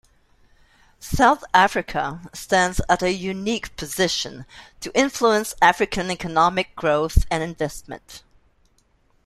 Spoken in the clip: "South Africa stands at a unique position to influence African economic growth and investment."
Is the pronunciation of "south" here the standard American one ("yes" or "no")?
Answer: yes